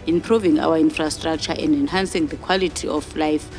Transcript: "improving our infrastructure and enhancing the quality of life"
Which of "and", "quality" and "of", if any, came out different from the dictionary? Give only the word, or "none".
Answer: of